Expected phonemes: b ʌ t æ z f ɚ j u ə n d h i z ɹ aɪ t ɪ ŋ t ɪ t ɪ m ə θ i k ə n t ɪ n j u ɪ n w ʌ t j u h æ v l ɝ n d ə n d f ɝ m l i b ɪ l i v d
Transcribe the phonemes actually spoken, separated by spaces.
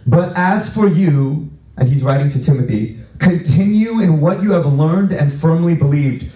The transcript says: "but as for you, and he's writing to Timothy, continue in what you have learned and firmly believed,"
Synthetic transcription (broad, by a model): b ʌ t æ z f ɚ j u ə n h i z ɹ aɪ t ɪ ŋ t ɪ t ɪ m ə θ i k ə n t ɪ n j u ɪ n w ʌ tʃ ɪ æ v l ɝ n d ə n f ɝ m l i b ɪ l i v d